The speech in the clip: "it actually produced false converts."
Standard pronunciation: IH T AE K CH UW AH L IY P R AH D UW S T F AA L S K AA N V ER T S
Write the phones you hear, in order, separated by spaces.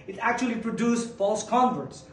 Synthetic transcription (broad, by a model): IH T AE K CH UW AH L IY P R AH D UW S F AA L S K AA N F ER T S